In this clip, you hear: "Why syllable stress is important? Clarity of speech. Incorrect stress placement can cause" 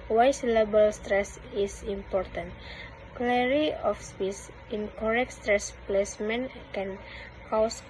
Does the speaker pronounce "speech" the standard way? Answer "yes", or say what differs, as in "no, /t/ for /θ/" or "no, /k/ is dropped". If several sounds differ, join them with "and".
no, /s/ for /tʃ/